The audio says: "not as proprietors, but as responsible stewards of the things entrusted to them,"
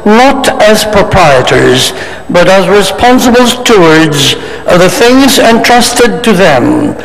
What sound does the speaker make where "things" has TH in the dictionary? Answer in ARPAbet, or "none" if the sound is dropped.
TH